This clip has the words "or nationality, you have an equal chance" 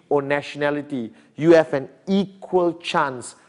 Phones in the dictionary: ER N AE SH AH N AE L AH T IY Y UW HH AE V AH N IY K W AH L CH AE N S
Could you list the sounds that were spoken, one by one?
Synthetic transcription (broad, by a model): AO N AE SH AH N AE L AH T IY Y UW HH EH F AH N IY K W AH L CH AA N S